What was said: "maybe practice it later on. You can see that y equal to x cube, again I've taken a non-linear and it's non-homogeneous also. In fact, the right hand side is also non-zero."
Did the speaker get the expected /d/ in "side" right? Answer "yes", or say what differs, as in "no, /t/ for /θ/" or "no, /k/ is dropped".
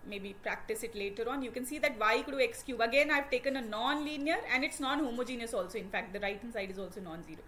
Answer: yes